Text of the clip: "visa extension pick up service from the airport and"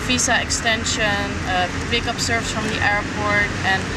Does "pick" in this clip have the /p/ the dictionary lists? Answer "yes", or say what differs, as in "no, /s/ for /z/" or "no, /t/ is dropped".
no, /b/ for /p/